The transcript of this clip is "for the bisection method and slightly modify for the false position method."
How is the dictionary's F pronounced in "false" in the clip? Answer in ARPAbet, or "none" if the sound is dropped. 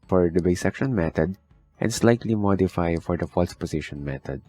F